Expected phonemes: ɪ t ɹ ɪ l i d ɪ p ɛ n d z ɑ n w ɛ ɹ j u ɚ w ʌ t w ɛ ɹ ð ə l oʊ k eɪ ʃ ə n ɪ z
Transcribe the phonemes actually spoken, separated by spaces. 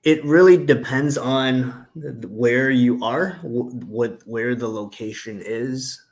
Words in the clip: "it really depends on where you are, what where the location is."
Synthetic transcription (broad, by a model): ɪ t ɹ ɪ l i d ɪ p ɛ n d z n w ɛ ɹ j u ɚ w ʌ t w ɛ ɹ ð ə l oʊ k eɪ ʃ ə n ɪ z